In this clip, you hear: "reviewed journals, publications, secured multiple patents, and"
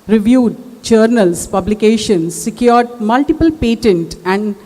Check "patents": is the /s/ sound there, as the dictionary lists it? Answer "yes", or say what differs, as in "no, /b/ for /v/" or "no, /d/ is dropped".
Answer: no, /s/ is dropped